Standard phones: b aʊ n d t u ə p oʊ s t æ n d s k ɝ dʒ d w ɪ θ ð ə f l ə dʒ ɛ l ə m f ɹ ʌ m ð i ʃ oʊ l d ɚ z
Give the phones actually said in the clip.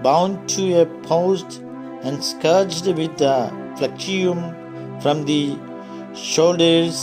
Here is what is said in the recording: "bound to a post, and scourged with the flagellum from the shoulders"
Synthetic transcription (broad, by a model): b aʊ n d t u ə p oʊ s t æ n d s k ɝ dʒ d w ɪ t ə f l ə tʃ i ə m f ɹ ʌ m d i ʃ oʊ l d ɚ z